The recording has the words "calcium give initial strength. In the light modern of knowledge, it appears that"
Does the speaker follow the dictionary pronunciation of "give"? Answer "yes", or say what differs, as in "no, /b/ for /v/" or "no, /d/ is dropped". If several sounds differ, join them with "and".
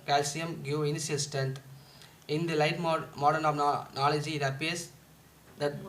no, /v/ is dropped